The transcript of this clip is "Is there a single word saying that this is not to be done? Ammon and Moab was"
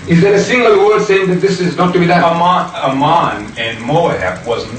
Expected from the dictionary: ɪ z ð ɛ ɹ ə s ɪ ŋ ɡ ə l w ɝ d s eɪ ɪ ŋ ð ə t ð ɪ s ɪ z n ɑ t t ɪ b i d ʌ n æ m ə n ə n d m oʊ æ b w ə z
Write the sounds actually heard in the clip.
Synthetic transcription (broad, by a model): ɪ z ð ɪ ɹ ə s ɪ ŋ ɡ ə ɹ w ɝ d s eɪ ɪ ŋ ð ə t ð ɪ s ɪ z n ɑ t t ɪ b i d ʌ ʌ m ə n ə n m oʊ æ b w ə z